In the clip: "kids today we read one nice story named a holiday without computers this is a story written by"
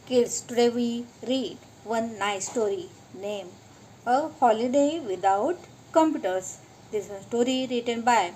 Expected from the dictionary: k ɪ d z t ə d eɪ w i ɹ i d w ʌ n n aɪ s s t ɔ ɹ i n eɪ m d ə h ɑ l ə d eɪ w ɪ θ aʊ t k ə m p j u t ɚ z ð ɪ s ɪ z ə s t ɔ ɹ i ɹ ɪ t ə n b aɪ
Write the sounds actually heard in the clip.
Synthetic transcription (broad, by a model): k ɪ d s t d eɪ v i ɹ i d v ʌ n n aɪ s s t ɔ ɹ i n eɪ m ə h ɑ l ə d eɪ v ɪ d aʊ t k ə m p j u t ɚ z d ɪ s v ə s t ɔ ɹ i ɹ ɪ t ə n b aɪ